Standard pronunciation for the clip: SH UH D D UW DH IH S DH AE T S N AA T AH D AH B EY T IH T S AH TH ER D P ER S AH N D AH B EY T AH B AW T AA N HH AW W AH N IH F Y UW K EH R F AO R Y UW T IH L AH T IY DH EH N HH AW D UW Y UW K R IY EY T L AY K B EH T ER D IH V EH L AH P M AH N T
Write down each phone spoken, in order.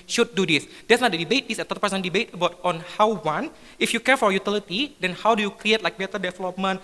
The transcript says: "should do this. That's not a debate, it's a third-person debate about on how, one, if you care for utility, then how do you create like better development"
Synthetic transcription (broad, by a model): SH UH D D UW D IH S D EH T S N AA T AH D AH B EY T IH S AH T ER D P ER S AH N D AH B EY T AH B AW T AA N HH AW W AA N IH F Y UW K EH R F AO R Y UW T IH L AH T IY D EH N HH AW D UW Y UW K R IY EY T L AY K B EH T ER D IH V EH L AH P M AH N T